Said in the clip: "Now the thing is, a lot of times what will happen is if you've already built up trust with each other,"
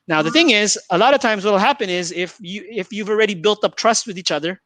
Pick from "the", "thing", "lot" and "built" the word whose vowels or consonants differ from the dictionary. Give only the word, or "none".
none